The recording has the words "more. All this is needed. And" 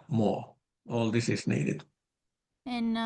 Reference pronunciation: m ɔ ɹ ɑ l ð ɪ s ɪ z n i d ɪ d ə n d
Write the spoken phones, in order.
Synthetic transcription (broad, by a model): m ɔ ɑ l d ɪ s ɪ s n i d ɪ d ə n